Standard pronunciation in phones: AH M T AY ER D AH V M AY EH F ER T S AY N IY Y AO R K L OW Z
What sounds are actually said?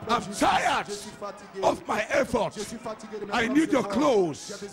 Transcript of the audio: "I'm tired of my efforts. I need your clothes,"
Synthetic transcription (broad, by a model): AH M T AY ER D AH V M AY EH F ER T AY N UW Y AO K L OW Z